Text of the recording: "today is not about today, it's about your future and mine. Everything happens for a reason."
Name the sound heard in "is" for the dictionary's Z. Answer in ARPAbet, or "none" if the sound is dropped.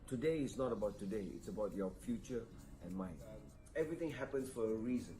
S